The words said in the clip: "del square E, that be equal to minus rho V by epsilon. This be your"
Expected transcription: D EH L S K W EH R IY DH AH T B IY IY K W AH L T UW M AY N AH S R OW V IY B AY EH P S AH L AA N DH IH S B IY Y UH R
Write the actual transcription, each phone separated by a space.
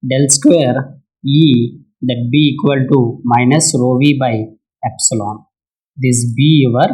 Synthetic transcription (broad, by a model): D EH L S K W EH R IY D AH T B IY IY K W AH L T UW M AY N AH S R OW V IY B AY EH P S AH L AA N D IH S B IY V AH R